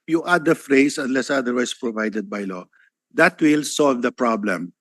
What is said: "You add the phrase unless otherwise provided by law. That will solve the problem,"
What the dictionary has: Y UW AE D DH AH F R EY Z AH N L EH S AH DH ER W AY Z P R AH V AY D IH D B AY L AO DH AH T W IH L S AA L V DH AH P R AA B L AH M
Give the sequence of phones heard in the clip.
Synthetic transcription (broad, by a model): Y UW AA D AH F R EY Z AH N L EH S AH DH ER W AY S P R AH V AY D IH D B AY L AO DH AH T W IH L S AA L V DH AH P R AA B L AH M